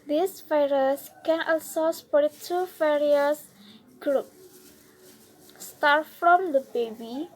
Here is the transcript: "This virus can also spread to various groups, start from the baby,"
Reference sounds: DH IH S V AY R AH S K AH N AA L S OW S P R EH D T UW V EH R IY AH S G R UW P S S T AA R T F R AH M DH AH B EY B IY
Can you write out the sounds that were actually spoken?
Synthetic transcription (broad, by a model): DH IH S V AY R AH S K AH N AA L S OW S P AO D T UW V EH R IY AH S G R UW P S S T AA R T F R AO M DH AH B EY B IY